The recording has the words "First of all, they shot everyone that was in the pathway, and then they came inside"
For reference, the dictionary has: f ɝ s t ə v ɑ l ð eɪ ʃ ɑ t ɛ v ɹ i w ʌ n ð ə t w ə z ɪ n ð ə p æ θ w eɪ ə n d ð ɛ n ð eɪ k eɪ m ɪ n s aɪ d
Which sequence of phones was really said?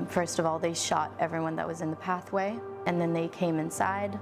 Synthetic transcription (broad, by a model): f ɝ s t ə v ɑ l ð eɪ ʃ ɑ t ɛ v ɹ i w ʌ n ð ə t w ə z ɪ n ð ə p æ θ w eɪ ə n ð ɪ n ð eɪ k eɪ m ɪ n s aɪ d